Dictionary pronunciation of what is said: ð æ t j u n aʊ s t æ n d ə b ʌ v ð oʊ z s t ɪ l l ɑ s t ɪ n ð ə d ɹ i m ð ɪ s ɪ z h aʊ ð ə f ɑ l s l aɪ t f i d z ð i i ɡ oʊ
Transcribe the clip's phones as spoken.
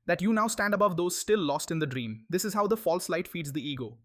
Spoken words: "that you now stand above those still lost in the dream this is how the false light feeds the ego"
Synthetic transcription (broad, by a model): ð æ t j u n aʊ s t æ n d ə b ʌ v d oʊ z s t ɪ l l ɑ s t ɪ n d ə d ɹ i m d ɪ s ɪ z h aʊ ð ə f ɑ l s l aɪ t f i d z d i i ɡ oʊ